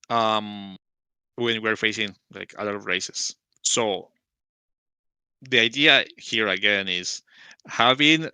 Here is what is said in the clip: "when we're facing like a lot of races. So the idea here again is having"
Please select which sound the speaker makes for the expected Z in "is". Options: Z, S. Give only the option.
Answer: S